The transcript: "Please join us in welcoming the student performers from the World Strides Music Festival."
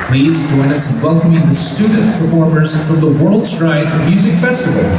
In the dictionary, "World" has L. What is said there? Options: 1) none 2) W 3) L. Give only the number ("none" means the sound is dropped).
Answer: 3